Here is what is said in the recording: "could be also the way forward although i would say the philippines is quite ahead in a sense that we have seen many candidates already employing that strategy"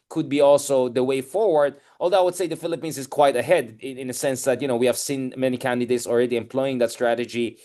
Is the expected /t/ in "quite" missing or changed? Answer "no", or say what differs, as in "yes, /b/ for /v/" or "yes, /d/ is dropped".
no